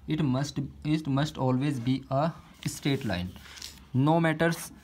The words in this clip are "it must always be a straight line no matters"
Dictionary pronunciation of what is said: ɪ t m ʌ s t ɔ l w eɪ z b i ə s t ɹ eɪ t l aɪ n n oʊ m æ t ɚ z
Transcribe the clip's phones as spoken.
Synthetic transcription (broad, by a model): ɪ t m ʌ s t ɔ l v eɪ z b i ə s t eɪ t l aɪ n n oʊ m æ t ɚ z